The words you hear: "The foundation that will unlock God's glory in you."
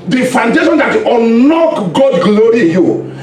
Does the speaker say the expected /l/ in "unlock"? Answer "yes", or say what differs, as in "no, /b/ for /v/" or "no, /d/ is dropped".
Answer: no, /l/ is dropped